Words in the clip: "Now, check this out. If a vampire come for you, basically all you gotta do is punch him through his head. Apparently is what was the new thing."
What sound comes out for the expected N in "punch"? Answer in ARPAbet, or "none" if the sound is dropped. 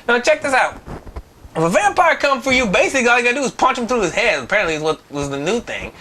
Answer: N